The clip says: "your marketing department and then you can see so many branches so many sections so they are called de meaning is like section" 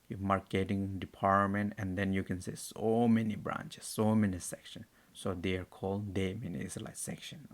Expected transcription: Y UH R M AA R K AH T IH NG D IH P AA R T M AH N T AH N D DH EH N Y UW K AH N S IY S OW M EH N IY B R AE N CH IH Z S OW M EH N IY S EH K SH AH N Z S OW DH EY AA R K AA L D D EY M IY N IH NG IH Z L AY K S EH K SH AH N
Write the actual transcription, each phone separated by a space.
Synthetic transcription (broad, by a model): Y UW M AA R K AH T IH NG D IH P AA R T M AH N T AH N D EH N Y UW K AH N S IY S OW M EH N IY B R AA N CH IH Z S OW M EH N IY S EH K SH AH N S OW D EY AA R K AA L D D EY M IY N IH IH S L AY K S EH K SH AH N